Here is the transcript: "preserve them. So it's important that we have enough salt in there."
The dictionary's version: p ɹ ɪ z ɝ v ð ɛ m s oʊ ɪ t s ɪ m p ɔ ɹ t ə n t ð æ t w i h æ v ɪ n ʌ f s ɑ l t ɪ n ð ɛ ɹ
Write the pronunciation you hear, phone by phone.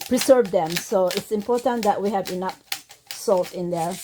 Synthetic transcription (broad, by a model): p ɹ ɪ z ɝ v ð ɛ m s oʊ ɪ t s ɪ m p ɔ ɹ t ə n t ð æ t w i h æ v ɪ n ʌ p s ɑ l t ɪ n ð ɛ ɹ